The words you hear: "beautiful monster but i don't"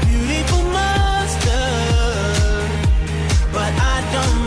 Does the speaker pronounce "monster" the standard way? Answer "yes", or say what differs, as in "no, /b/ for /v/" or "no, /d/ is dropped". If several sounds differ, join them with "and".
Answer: no, /n/ is dropped